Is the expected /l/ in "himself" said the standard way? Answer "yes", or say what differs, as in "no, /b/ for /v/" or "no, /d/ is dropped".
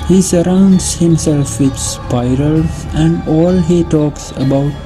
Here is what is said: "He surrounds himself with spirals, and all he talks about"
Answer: yes